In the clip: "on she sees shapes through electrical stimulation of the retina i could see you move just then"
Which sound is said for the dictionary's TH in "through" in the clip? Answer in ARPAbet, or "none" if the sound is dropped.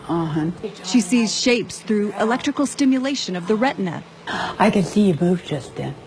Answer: TH